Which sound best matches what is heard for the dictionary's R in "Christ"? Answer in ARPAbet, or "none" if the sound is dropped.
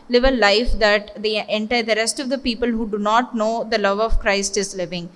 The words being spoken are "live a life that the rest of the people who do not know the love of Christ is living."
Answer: R